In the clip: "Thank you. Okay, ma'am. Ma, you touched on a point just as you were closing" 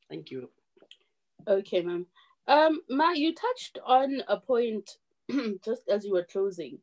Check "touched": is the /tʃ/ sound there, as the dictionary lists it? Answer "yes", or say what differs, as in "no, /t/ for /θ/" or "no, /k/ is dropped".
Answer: yes